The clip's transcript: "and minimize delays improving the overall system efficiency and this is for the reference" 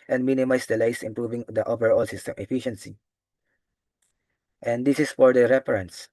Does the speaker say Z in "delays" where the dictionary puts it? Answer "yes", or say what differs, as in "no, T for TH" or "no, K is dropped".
no, S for Z